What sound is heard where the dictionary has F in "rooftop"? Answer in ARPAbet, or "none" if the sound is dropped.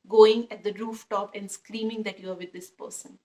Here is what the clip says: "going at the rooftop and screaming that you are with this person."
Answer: F